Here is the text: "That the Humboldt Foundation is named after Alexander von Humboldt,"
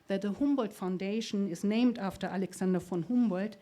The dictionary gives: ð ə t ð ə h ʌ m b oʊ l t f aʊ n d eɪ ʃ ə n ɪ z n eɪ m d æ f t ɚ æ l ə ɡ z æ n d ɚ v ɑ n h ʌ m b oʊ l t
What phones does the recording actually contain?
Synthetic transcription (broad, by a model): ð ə t ð ə h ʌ m b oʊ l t f aʊ n d eɪ ʃ ə n ɪ z n eɪ m d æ f t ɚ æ l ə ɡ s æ n d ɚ f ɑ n h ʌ m b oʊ l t